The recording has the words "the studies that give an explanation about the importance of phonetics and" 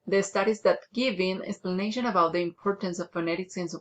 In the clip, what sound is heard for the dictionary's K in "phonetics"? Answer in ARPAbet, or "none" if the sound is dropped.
K